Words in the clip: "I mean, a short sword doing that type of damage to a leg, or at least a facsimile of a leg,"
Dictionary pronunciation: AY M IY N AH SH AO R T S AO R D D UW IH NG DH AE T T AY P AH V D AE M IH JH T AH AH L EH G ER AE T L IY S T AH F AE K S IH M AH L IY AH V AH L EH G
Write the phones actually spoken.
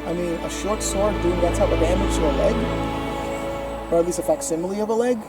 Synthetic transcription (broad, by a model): AY M IY N AH SH AO R T S AO R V D UW IH NG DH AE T S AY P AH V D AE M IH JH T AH AH L EH G ER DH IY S AH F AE K S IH M L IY AH V AH L EH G